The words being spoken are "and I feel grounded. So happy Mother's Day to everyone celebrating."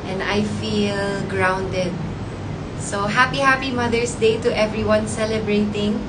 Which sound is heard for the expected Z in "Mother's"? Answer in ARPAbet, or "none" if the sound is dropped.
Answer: S